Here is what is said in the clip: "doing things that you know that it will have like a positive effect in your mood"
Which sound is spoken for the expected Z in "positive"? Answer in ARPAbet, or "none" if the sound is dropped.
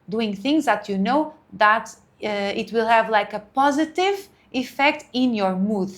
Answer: Z